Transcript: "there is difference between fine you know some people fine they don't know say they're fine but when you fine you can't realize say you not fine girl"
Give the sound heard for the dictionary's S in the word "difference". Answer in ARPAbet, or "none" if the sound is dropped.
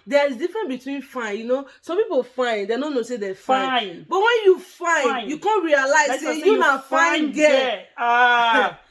none